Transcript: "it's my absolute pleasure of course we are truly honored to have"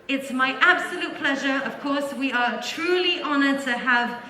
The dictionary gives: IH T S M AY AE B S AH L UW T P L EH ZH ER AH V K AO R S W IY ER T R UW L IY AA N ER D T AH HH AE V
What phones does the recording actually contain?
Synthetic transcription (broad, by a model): IH T S M AY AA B S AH L UW T P L EH ZH ER AH V K AO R S W IY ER T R UW L IY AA N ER D T AH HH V